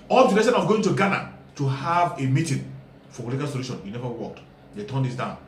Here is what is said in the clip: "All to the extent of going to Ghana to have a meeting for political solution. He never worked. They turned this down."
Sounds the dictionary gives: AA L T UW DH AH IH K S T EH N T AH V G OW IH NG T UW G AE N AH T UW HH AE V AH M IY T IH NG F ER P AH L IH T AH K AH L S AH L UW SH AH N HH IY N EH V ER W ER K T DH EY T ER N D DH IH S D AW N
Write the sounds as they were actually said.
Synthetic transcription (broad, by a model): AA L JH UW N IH S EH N AH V G OW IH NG T UW G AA N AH T UW HH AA V AH M IY T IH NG F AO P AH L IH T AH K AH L S AH L UW SH AH N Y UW N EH V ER W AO K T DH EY T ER N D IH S D AW N